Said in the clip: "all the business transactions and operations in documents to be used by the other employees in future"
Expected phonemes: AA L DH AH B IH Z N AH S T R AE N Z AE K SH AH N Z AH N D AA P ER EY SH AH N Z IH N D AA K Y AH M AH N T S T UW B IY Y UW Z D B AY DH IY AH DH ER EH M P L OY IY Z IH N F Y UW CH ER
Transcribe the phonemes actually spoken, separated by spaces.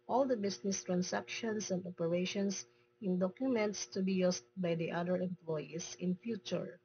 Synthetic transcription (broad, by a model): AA L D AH B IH S N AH S T R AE N S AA K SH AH N S AH N D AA P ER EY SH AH N S IH N D AA K Y AH M AH N T S T UW B IY Y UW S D B AY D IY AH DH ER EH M P L OY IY S IH N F Y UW CH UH